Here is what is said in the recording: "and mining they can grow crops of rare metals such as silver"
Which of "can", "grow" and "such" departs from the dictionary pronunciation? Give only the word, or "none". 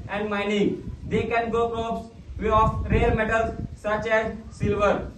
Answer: grow